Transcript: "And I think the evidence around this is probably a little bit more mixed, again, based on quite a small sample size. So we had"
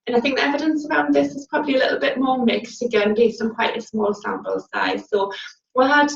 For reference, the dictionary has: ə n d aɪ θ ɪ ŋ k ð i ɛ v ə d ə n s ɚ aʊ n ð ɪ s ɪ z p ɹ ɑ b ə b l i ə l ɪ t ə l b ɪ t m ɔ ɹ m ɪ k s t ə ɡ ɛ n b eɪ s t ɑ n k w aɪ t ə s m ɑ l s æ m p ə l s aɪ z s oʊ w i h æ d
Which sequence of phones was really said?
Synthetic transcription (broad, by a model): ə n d aɪ θ ɪ ŋ k ð i ɛ v ə d ə n s ɚ aʊ n ð ɪ s ɪ z p ɹ ɑ b ə b l i ə l ɪ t l b ɪ t m ɔ m ɪ k s t ə ɡ ɛ n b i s ʌ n k w aɪ t ə s m ɑ l s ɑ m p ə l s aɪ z s oʊ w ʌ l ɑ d